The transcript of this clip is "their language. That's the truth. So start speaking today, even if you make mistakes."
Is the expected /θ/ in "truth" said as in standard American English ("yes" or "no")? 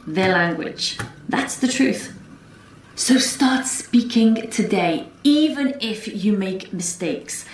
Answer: yes